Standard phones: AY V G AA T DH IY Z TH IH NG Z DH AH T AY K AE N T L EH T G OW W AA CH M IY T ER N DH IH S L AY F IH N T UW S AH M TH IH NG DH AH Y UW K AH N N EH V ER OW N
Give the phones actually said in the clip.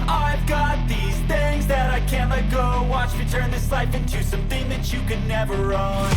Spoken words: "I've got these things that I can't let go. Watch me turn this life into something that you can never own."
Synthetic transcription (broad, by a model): AY V G AA T DH IY Z TH IH NG Z DH AH T AY K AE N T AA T G OW W AA CH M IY T ER N DH IH S L AY F IH N T UW S AH M TH IH NG DH AH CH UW K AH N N EH V ER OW N